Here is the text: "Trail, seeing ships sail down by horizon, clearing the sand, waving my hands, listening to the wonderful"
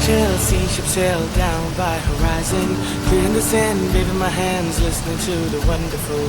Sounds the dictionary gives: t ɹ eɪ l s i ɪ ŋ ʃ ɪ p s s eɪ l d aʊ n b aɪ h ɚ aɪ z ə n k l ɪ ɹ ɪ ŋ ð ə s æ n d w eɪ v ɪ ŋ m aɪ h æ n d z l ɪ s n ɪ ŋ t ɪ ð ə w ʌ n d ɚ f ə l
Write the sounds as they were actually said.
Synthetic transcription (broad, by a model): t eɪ l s i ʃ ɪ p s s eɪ l d aʊ n b aɪ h ɚ aɪ z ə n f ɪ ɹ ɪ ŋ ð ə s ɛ n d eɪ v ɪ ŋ m aɪ h æ n d z l ɪ s n ɪ ŋ t ɪ ð ə w ʌ n d ɚ f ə l